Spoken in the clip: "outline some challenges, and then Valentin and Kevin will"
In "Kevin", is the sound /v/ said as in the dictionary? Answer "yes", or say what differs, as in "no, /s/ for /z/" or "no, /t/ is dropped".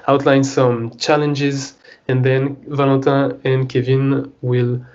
yes